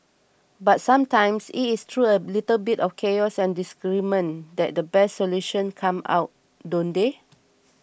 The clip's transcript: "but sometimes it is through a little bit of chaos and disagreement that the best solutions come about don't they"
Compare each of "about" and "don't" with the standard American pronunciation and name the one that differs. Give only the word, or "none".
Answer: about